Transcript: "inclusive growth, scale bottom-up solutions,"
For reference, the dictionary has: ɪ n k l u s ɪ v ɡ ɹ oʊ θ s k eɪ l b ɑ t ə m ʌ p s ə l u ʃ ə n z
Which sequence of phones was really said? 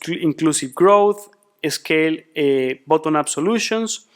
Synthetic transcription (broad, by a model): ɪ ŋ k l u s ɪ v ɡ ɹ oʊ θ s k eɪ l b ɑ t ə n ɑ b s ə l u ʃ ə n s